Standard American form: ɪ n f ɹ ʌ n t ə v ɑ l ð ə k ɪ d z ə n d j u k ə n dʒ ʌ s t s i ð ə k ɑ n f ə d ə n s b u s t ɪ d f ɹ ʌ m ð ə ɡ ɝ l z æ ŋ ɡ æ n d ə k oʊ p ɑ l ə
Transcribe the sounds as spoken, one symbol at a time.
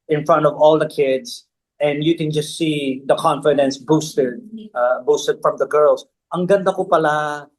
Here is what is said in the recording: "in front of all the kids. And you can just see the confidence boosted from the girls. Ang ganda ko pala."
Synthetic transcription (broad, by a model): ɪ n f ɹ ʌ n t ə v ɑ l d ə k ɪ d s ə n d j u k ə n dʒ ʌ s t s i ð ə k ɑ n f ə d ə n s b u s t ɪ d f ɹ ʌ m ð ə ɡ ɝ l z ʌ ŋ ɡ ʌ n d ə k oʊ p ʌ l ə